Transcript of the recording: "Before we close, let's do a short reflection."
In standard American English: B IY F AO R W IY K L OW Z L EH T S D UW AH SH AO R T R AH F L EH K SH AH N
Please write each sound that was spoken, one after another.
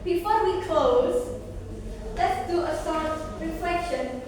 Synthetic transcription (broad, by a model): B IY F AO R W IY K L OW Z L EH T S D UW AH S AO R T R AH F L EH K SH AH N